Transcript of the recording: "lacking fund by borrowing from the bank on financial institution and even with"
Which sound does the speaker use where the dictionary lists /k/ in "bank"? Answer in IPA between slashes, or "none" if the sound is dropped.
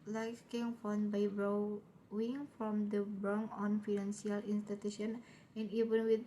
none